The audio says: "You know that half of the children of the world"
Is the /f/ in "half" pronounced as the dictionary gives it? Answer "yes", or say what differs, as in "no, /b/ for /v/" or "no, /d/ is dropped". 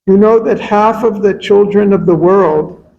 yes